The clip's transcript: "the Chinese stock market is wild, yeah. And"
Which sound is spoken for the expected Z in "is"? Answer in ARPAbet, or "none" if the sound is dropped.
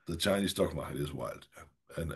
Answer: Z